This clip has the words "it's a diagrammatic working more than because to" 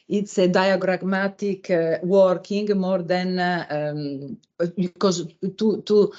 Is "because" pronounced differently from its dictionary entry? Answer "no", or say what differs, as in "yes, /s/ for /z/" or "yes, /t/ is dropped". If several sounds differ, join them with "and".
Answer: yes, /z/ is dropped